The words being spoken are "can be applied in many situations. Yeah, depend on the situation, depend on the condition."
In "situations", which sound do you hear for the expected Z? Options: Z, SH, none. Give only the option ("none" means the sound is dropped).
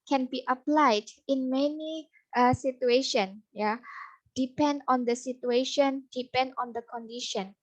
none